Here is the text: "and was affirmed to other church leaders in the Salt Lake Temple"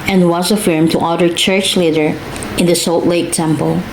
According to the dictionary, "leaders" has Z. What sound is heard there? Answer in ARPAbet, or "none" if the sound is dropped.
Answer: none